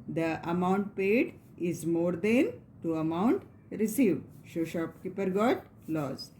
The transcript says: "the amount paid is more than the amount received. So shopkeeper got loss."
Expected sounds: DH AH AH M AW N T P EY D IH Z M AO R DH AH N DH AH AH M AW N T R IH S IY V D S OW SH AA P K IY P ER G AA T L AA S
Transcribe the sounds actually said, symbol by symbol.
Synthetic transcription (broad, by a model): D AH AH M AW N T P EY D IH Z M AO R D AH N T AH AH M AW N T R IH S IY V D SH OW SH AA P K IY P ER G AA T L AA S